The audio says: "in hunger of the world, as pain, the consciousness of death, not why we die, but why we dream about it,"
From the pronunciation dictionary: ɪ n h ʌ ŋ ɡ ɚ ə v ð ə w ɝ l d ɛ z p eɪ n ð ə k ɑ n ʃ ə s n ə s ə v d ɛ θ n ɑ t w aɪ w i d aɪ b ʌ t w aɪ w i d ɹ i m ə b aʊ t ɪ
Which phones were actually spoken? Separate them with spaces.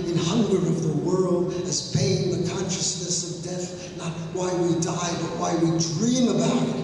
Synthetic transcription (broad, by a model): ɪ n h ʌ ŋ ɡ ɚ ə v ð ə w ɝ l d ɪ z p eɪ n ð ə k ɑ n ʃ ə s n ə s ə v d ɛ θ n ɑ t w aɪ w i d aɪ b ʌ t w aɪ w i d ɹ i m ə b aʊ t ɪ